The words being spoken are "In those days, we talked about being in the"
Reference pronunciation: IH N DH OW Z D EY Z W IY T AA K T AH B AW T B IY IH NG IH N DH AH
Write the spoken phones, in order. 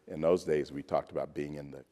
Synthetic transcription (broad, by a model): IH N DH OW Z D EY Z W IY T AA K T AH B AW T B IY IH NG IH N DH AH